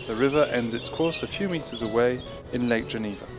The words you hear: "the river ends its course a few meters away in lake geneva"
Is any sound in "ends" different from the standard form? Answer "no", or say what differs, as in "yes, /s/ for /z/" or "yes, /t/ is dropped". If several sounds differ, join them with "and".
no